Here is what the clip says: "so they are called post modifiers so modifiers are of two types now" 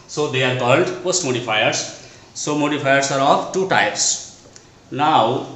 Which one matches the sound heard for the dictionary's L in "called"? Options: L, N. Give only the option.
N